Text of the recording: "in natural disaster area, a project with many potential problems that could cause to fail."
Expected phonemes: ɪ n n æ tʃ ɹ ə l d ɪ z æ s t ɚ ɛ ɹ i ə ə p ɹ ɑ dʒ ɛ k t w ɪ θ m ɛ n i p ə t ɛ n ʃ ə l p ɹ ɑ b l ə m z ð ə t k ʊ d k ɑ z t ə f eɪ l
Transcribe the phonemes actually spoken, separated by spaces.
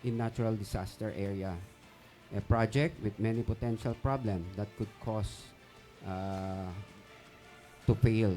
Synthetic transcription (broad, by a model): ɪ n n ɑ tʃ ɹ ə l d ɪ s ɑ s t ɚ ɛ ɹ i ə ə p ɹ ɑ dʒ ɛ k t w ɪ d m ɛ n i p ə t ɛ n ʃ ə l p ɹ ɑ b l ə m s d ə t k ʊ d k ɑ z t ə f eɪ l